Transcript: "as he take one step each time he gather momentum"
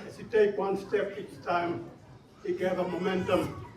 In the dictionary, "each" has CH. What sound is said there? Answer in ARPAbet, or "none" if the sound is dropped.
S